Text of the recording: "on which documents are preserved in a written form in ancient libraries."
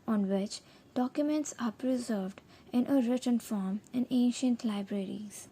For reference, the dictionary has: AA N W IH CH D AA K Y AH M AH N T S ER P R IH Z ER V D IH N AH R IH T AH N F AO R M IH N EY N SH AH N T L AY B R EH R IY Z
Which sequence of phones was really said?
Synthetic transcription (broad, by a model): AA N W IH CH D AA K Y AH M AH N T S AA P R IH Z ER V D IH N AH R IH T AH N F AO R M IH N EY N SH AH N T L AY B R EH R IY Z